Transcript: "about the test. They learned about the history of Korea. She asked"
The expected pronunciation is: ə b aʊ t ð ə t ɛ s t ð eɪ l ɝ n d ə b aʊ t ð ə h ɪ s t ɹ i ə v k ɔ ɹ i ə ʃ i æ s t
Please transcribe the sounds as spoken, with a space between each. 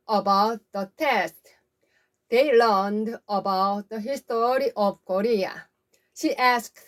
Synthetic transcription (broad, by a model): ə b aʊ t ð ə t ɛ s t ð eɪ l ɝ n d ə b aʊ t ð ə h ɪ s t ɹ i ə v k ɔ ɹ i ə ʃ i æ s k